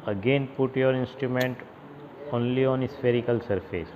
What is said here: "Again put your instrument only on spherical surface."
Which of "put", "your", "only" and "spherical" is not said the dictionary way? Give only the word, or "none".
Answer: none